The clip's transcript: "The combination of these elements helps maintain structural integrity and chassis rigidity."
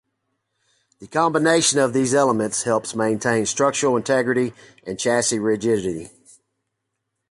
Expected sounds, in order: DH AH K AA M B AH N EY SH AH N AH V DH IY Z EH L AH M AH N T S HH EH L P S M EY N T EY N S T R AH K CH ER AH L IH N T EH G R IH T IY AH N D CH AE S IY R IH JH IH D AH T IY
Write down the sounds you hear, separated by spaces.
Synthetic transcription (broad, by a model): DH AH K AA M B AH N EY SH AH N AH V DH IY Z EH L AH M AH N T S HH EH L P S M EY N T EY N S T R AH K CH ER L IH N T EH G R IH T IY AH N CH AE S IY R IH JH IH D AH T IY